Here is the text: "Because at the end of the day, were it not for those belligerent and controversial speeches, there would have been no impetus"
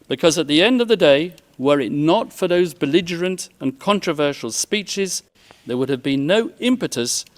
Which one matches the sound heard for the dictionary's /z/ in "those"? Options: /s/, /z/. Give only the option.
/z/